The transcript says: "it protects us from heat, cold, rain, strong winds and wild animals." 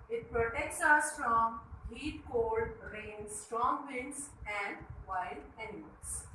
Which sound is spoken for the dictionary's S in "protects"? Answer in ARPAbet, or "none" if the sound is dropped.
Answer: S